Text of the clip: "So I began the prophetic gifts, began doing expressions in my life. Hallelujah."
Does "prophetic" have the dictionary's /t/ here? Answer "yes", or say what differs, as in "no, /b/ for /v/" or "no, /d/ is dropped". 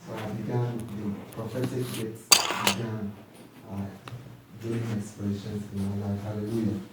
no, /s/ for /t/